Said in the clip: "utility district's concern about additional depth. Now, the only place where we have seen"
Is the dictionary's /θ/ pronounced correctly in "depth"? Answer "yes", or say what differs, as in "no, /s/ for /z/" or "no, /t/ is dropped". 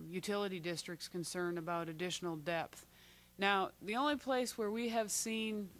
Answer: yes